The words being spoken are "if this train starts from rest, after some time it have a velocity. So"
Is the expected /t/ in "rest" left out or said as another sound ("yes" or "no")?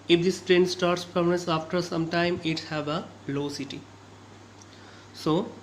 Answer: yes